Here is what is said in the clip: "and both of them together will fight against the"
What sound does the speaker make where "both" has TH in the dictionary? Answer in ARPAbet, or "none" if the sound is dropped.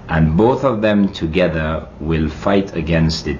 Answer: TH